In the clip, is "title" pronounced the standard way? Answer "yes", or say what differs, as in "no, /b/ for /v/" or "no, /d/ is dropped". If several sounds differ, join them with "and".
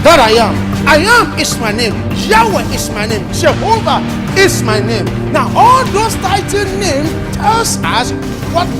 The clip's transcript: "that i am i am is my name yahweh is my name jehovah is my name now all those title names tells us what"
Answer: no, /n/ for /l/